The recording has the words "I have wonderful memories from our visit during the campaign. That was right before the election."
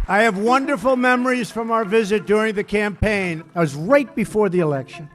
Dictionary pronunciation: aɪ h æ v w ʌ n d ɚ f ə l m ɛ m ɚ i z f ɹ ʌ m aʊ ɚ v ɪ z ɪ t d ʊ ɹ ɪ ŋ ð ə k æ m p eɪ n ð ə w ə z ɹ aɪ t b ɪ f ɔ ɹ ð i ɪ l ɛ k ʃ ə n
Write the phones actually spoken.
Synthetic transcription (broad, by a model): aɪ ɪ v w ʌ n d ɚ f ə l m ɛ m ɚ i z f ɹ ʌ m aʊ ɚ v ɪ z ɪ t d ʊ ɹ ɪ ŋ ð ə k æ m p eɪ n w ə z ɹ aɪ t b ɪ f ɔ ɹ ð i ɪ l ɛ k ʃ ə n